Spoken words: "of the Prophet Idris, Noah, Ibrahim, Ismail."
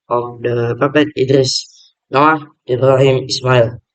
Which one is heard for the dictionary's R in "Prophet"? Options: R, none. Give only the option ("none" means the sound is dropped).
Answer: none